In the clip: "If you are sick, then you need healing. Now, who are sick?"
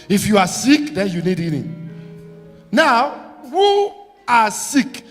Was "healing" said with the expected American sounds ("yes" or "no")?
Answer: no